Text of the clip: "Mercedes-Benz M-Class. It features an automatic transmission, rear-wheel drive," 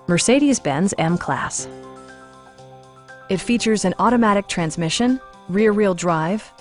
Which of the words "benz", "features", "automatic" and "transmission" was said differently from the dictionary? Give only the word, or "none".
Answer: none